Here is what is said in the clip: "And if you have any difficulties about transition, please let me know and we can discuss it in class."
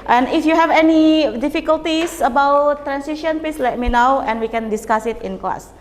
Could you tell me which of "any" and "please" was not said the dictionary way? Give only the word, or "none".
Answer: please